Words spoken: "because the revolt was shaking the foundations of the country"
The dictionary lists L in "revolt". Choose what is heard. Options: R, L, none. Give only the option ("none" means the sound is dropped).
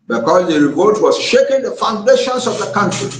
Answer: none